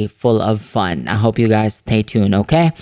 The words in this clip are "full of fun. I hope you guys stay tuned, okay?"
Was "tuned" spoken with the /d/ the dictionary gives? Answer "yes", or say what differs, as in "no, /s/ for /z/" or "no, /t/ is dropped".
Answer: no, /d/ is dropped